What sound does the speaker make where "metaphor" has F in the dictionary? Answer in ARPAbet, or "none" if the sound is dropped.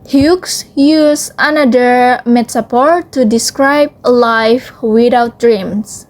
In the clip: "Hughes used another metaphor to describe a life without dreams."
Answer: P